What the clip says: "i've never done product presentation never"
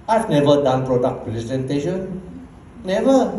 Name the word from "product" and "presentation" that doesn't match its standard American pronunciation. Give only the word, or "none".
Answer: presentation